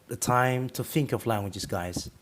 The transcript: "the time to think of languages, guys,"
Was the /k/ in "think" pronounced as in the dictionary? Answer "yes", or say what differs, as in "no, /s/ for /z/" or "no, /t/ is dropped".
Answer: yes